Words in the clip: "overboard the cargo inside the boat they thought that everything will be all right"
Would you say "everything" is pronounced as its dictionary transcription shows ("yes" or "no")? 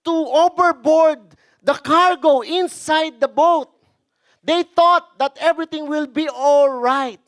no